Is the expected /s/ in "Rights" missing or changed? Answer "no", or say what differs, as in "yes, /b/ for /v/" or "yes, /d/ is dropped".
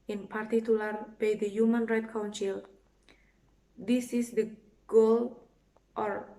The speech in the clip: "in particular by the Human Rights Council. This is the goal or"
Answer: yes, /s/ is dropped